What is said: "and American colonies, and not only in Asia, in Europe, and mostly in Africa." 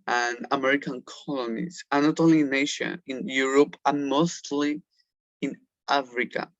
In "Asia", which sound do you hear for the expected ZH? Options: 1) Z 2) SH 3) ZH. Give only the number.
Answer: 2